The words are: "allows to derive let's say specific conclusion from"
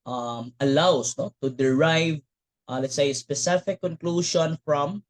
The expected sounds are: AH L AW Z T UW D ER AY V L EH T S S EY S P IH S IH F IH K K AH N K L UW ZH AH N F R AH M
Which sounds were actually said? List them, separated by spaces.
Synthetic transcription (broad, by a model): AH L AW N T UW D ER AY V L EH T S S EY S P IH S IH F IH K K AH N K L UW SH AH N F R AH M